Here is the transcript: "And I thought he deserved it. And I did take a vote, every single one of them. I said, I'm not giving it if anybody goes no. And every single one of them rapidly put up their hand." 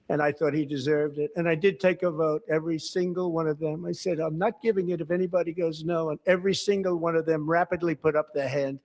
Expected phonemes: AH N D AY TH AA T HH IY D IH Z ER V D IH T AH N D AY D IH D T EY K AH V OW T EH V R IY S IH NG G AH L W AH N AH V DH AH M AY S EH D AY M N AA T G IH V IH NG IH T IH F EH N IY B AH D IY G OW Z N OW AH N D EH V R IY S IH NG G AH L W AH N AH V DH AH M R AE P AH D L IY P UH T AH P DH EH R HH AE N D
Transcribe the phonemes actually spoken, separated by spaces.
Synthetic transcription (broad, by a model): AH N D AY TH AA T HH IY D IH Z ER V D IH T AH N AY D IH D T EY K AH V OW T EH V R IY S IH NG G L W AH N AH V DH AH M AY S EH D AY M N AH T G IH V IH NG IH T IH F EH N IY B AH D IY G OW Z N OW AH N EH V R IY S IH NG G L W AH N AH V DH AH M R AE P AH D L IY P UH T AH P DH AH R HH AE N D